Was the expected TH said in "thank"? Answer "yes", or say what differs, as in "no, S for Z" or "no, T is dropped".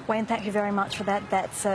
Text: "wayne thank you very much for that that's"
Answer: yes